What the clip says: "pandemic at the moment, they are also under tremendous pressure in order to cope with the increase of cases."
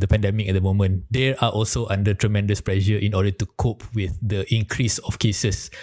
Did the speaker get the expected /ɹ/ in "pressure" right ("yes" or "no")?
no